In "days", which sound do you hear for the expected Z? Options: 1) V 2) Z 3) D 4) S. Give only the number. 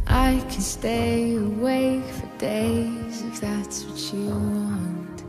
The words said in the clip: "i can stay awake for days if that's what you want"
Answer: 2